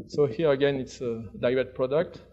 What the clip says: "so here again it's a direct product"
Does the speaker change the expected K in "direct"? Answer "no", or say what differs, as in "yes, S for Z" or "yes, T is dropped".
yes, K is dropped